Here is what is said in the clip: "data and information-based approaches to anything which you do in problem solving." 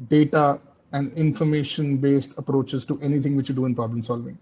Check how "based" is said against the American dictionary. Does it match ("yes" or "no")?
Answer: yes